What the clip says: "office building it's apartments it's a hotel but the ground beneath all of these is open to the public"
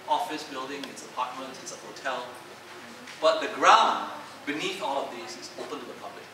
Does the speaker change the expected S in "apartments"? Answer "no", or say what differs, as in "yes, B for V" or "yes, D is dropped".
yes, S is dropped